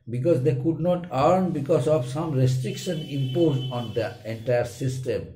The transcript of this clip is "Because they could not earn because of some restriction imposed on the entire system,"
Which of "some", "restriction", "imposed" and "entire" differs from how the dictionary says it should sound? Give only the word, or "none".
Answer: imposed